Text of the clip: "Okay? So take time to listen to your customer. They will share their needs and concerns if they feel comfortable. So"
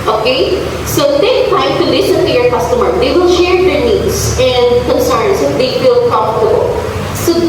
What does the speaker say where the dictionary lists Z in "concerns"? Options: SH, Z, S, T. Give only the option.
S